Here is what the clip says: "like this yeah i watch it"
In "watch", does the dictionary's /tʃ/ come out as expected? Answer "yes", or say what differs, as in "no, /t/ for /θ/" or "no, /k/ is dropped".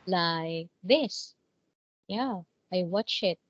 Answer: yes